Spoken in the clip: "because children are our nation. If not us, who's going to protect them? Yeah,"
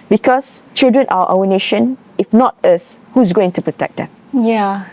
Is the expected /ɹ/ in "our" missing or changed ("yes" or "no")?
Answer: yes